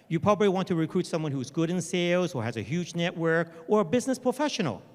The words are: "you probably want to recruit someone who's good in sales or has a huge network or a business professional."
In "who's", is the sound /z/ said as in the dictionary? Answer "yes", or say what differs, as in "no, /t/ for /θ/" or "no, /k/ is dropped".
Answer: yes